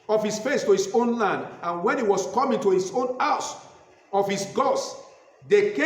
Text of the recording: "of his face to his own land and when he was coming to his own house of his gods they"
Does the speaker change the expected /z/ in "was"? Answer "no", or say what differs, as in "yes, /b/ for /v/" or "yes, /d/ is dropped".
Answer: yes, /s/ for /z/